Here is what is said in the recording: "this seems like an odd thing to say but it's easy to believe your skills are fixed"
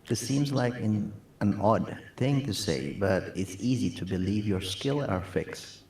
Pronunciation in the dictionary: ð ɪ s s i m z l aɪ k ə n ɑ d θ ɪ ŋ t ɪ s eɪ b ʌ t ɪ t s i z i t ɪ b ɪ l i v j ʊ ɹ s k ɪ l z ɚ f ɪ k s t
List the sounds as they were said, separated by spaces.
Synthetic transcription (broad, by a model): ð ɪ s s i m z l aɪ k ə n ɑ d θ ɪ ŋ t ɪ s eɪ b ʌ t ɪ t s i z i t ɪ b ɪ l i v j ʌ ɹ s k ɪ l ɚ f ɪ k s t